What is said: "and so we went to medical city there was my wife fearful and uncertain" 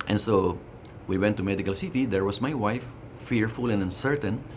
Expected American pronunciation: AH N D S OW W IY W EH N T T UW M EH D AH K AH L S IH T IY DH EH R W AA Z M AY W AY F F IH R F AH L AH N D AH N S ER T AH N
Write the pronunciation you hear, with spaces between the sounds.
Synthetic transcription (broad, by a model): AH N S OW W IY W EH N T T UW M EH D AH K AH L S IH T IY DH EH R W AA S M AY W AY F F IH R F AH L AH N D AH N S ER T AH N